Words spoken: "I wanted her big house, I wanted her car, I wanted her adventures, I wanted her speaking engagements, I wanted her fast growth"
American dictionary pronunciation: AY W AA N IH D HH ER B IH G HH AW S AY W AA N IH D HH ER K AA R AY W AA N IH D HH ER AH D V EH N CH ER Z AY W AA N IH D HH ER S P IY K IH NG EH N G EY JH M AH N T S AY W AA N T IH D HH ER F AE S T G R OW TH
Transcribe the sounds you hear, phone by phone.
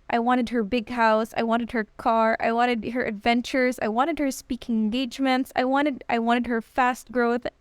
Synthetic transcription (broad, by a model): AY W AA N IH D HH ER B IH G HH AW S AY W AA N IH D HH ER K AA R AY W AA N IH D HH ER AH D V EH N CH ER Z AY W AA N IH D HH ER S P IY K IH NG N G EY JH M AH N T S AY W AA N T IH D HH ER F AE S T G R OW TH